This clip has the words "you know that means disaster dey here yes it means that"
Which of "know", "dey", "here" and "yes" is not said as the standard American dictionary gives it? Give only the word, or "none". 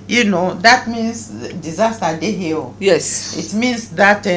here